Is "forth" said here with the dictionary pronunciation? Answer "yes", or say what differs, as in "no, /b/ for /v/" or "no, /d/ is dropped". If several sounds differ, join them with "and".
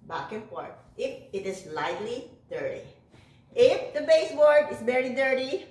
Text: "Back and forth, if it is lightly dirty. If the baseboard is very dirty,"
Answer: no, /t/ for /θ/